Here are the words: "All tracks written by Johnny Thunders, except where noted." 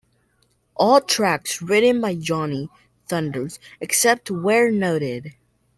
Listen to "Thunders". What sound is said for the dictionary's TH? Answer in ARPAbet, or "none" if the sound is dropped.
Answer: TH